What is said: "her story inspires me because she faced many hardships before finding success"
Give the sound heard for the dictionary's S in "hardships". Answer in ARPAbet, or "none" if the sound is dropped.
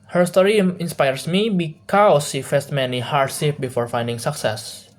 none